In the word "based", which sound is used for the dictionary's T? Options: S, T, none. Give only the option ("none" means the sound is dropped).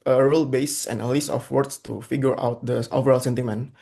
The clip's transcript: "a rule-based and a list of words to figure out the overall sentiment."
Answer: none